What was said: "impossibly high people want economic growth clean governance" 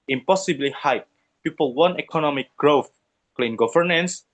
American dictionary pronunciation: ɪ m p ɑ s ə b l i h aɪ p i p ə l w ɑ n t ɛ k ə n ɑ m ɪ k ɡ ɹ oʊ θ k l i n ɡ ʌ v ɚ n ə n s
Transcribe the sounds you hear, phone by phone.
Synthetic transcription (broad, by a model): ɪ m p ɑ s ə b l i h aɪ p i p ə l w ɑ n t ɛ k ə n ɑ m ɪ k ɡ ɹ oʊ θ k l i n ɡ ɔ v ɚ n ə n s